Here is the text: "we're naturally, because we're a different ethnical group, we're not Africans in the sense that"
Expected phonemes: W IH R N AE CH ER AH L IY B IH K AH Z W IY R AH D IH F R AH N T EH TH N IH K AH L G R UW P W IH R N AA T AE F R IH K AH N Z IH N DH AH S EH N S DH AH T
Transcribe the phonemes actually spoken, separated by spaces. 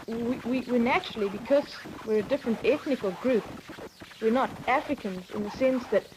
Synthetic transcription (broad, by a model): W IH R N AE CH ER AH L IY B IH K AH Z W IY R AH D IH F R AH N T EH TH N IH K AH L G R UW P W IH R N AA T AE F R IH K AH N Z IH N DH AH S EH N S DH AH T